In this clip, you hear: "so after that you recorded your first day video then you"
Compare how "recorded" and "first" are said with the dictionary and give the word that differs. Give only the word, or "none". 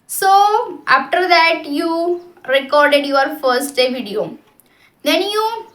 none